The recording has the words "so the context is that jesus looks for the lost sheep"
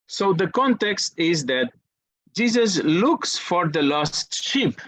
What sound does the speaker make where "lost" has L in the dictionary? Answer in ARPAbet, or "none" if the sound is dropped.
L